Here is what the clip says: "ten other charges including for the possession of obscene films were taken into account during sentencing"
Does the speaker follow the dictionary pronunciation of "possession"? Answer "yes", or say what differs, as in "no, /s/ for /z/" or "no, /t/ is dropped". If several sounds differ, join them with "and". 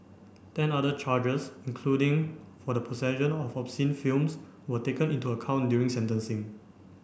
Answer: no, /s/ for /z/